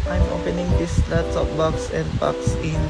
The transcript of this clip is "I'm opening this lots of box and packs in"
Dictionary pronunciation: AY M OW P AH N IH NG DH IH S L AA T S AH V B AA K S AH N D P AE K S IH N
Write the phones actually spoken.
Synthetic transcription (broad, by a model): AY M OW P AH N IH NG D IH S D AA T AH P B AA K S AH N D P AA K S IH N